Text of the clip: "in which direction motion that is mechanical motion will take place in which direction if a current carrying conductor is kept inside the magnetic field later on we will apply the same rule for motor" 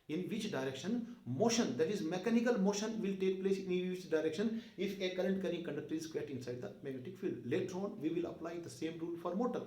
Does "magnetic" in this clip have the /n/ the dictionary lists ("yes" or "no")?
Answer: no